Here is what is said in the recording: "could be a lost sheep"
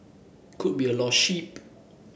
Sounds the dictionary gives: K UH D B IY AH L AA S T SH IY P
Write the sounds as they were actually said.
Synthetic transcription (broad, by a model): K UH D B IY AH L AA T SH IY P